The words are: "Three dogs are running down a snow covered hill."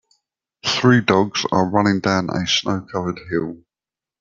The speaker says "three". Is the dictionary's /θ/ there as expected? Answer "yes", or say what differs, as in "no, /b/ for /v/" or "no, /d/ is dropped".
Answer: yes